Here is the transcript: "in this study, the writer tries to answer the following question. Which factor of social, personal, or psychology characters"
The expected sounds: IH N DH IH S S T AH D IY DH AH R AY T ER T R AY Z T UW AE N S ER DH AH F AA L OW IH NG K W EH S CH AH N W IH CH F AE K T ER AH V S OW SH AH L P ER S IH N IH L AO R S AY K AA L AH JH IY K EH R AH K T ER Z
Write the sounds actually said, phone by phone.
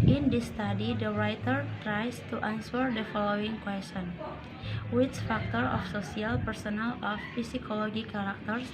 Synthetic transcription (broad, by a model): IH N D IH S S T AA D IY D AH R AY T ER T R AY S T UW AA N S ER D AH F AA L OW IH NG K W EH S CH AH N W IH CH F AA K T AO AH F S OW S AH L P ER S IH N IH L AO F S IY K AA L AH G IY K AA R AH K T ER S